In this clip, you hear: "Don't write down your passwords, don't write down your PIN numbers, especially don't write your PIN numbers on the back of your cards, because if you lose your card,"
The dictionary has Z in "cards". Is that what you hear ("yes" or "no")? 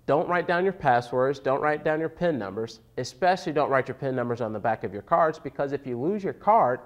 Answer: yes